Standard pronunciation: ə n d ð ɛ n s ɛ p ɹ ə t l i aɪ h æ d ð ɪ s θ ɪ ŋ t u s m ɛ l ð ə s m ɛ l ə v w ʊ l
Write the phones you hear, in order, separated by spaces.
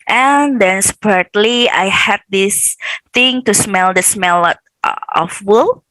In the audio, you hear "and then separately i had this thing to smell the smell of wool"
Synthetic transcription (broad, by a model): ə n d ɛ n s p ə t l i aɪ h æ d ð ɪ s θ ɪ ŋ t u s m ɛ l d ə s m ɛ l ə f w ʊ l